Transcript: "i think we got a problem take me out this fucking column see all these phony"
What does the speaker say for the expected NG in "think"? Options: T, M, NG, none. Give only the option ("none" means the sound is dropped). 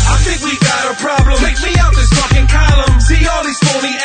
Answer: NG